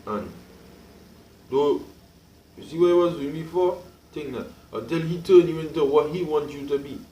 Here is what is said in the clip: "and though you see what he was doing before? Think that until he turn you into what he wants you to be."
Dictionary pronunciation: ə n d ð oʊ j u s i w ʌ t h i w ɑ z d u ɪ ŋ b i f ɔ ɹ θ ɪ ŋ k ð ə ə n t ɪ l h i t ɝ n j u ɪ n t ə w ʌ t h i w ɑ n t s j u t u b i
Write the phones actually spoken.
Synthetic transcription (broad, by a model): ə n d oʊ j u s i w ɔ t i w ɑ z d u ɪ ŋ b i f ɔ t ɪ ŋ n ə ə t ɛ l h i t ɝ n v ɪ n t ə w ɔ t h i w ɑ n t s j u t u b i